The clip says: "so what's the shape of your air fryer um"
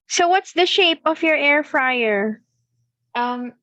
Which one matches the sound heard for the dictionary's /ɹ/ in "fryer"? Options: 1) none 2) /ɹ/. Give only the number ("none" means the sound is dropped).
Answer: 2